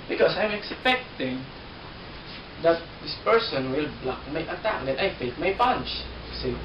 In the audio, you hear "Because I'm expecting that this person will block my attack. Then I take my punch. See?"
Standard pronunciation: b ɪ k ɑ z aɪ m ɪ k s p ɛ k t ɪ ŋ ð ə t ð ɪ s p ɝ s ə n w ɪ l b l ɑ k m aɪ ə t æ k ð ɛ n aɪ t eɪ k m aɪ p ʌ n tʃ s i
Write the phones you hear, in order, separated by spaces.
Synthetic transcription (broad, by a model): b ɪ k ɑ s aɪ m ɪ k s p ɛ k t ɪ ŋ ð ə t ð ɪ s p ɝ s ə n w ɪ l b l ɑ k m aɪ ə t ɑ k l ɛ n aɪ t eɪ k m aɪ p ʌ n tʃ s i